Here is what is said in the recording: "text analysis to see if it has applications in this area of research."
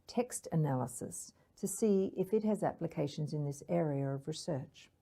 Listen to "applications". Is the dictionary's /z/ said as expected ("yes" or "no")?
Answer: yes